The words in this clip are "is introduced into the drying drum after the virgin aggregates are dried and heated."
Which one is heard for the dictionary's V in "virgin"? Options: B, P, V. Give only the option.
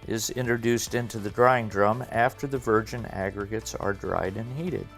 V